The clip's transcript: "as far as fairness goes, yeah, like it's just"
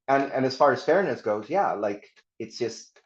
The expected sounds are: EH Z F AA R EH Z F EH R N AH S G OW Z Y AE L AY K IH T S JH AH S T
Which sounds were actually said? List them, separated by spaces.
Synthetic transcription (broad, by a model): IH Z F AA R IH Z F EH R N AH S G OW Z Y AE L AY K IH T S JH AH S T